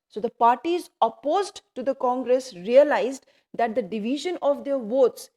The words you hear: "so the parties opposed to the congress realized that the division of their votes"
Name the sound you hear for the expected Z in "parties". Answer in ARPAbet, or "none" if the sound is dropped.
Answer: Z